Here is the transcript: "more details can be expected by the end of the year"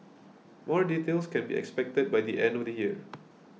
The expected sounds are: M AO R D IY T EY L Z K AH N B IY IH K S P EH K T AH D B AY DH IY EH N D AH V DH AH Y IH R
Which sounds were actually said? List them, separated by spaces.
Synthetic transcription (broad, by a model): M AO R D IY T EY L S K AH N B IY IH K S P EH K T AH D B AY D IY EH N D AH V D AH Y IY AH